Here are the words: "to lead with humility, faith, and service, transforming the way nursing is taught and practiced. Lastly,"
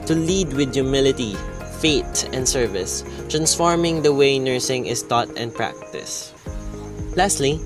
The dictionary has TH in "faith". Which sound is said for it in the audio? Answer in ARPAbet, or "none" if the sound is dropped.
T